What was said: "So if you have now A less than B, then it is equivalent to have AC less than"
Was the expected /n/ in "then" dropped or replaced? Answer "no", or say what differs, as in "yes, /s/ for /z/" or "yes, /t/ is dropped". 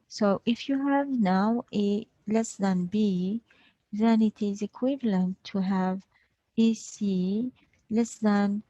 no